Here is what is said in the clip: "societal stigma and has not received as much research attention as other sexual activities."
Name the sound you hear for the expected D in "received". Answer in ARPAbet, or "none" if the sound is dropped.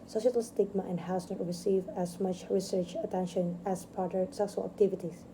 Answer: none